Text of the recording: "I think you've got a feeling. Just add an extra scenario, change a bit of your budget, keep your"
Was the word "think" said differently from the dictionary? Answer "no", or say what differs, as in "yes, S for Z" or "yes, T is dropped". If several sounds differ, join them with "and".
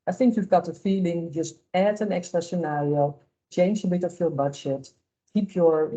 no